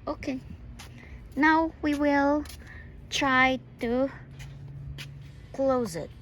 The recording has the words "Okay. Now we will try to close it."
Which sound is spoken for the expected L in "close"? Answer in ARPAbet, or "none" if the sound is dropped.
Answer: L